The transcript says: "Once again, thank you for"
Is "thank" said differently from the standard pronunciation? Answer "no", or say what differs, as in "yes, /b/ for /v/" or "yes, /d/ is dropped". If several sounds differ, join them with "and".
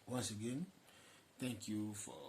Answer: yes, /t/ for /θ/